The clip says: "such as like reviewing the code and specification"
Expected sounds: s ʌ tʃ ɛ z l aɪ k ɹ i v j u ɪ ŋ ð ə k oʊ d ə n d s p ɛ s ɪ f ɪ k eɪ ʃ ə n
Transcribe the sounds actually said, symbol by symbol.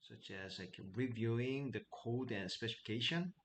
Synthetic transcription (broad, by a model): s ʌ tʃ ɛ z l aɪ k ɹ i v j u ɪ ŋ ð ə k oʊ d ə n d s p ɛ s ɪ f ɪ k eɪ ʃ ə n